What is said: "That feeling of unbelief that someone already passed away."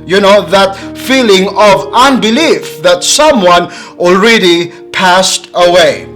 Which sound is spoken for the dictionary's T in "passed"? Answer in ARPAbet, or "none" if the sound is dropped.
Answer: T